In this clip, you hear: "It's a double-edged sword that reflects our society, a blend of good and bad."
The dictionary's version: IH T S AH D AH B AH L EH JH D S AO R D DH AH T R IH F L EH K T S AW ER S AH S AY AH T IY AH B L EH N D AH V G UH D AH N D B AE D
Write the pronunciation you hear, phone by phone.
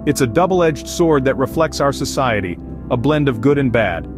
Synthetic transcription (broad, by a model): IH T S AH D AH B L EH JH D S AO R D DH AH T R IH F L EH K T S AW ER S AH S AY AH T IY AH B L EH N D AH V G UH D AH N B AE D